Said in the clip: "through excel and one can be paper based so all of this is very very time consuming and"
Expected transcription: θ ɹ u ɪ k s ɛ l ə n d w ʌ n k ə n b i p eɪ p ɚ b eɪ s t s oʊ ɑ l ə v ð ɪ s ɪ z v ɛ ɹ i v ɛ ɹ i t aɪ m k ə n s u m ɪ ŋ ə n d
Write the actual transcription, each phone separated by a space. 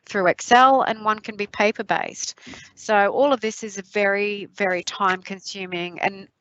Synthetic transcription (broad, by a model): θ ɹ u ɪ k s ɛ l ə n w ʌ n k ə n b i p eɪ p ɚ b eɪ s t s oʊ ɑ l ə v ð ɪ s ɪ z v ɛ ɹ i v ɛ ɹ i t aɪ m k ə n s u m ɪ ŋ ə n